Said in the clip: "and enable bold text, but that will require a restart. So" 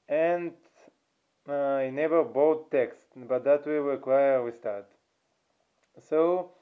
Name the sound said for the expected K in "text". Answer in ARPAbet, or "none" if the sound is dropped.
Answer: K